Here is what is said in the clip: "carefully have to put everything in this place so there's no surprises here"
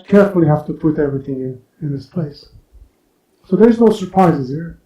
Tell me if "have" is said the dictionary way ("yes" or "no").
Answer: no